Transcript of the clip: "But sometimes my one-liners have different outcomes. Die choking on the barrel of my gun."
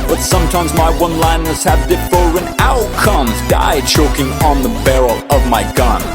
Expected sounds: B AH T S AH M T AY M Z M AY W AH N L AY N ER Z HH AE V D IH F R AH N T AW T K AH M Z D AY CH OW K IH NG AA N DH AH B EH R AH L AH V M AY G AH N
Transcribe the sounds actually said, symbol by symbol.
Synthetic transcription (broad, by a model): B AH T S AH M T AY M Z M AY W AH N L AY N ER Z HH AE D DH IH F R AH N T AW T K AH M Z D AY CH OW K IH NG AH N DH AH B EH R L AH V M AY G AH N